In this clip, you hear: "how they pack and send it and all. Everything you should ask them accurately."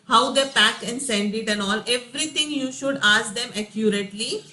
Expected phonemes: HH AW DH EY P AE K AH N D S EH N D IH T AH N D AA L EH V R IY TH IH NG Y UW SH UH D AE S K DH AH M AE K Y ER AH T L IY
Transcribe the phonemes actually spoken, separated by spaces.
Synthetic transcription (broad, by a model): HH AW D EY P AE K AH N D S EH N D IH T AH N AA L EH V R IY T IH NG Y UW SH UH D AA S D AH M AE K Y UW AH T L IY